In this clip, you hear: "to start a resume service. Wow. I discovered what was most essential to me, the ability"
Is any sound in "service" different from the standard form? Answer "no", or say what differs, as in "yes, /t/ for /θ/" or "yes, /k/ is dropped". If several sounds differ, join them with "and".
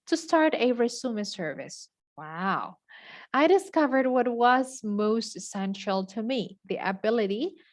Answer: no